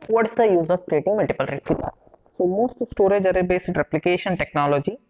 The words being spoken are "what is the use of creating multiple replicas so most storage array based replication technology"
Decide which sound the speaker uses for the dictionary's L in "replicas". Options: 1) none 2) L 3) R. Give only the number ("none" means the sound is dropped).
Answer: 1